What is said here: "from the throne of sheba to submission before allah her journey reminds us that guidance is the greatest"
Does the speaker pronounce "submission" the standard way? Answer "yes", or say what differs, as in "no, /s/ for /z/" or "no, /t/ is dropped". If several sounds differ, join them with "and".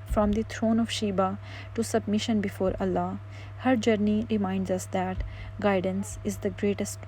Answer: yes